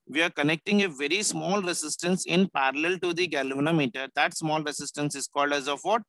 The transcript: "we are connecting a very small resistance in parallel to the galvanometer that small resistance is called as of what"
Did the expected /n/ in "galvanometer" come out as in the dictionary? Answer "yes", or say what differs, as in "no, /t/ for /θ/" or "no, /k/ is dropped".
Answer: yes